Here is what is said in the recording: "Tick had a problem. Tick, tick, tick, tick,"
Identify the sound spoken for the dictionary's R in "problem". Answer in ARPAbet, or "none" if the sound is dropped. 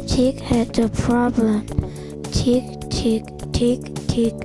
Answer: R